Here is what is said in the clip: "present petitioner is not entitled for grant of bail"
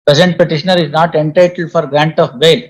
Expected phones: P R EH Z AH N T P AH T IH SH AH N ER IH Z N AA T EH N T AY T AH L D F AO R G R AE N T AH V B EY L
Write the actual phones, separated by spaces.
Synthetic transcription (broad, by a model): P R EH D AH N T P AH T IH SH AH N ER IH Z N AA T EH N T AY T AH L D F AO R G R AE N T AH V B EY L